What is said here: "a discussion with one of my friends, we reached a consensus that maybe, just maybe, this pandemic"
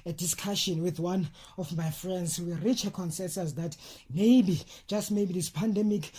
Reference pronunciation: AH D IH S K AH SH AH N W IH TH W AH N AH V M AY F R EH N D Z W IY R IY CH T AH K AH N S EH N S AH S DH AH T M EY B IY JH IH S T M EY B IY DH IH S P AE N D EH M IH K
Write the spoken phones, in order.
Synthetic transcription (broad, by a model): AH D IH S K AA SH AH N W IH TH W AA N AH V M AY F R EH N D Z W IY R IY CH AH K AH N S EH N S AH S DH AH T M EY B IY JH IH S T M EY B IY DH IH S P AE N D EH M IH K